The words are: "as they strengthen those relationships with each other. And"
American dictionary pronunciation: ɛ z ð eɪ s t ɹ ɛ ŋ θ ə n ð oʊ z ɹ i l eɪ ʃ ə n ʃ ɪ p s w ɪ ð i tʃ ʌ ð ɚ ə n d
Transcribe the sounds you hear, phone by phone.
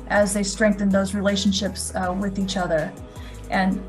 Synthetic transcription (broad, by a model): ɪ z ð eɪ s t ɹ ɛ ŋ θ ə n ð oʊ z ɹ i l eɪ ʃ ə n ʃ ɪ p s w ɪ ð i tʃ ʌ ð ɚ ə n